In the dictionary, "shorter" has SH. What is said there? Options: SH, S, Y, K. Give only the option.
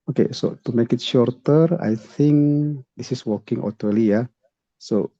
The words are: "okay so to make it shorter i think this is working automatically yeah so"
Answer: SH